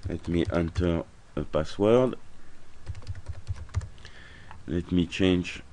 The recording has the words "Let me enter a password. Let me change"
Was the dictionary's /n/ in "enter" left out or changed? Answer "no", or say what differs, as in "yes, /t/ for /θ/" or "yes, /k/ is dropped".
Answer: no